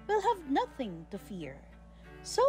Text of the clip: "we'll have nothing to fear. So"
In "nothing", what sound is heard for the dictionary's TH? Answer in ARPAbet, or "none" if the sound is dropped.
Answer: TH